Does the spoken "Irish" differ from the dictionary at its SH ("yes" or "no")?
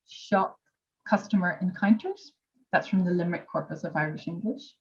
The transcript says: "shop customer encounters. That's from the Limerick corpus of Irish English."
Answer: no